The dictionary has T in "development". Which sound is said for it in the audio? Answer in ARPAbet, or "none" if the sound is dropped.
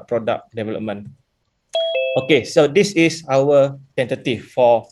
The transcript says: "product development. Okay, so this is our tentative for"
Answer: none